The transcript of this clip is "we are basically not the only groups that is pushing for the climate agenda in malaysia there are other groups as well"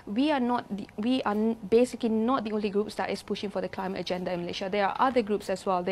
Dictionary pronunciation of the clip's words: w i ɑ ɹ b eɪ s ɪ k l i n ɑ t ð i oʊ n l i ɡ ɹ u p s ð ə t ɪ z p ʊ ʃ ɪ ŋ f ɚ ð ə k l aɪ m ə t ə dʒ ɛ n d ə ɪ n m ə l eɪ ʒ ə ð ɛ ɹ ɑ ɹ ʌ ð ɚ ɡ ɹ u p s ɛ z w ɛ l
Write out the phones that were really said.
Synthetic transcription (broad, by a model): w i ɑ w b eɪ s ɪ k l i n ɑ t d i oʊ n l i ɡ ɹ u p s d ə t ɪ s p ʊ ʃ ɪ ŋ f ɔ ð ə k l aɪ m ə t ə dʒ ɛ n d ə ɪ n m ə l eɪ ʃ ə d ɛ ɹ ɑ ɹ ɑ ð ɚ ɡ ɹ u p s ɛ s w ɛ l